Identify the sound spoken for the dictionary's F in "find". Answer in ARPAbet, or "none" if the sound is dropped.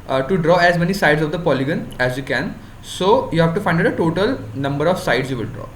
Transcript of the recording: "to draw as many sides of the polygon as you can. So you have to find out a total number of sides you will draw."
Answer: F